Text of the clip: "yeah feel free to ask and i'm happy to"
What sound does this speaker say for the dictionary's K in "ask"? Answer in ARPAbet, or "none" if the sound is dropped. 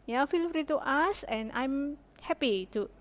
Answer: none